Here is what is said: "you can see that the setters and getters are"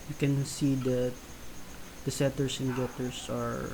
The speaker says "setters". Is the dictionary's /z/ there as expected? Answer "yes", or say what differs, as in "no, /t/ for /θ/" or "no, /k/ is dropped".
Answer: no, /s/ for /z/